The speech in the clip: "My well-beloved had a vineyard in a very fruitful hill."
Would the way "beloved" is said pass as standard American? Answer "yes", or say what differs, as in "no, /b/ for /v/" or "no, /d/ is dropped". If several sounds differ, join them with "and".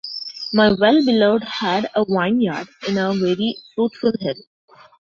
no, /v/ is dropped